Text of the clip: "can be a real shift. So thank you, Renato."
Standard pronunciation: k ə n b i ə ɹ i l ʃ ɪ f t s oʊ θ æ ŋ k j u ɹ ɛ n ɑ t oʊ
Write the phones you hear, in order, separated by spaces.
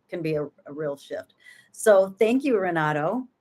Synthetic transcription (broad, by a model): k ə n b i ə ɹ i l ʃ ɪ f t s oʊ θ æ ŋ k j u ɹ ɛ n ɑ t oʊ